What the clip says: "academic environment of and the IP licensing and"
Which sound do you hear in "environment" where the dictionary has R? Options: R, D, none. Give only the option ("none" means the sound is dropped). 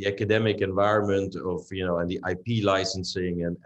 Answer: R